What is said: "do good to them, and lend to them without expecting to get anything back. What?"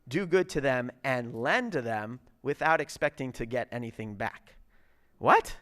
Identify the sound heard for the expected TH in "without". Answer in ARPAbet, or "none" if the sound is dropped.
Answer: TH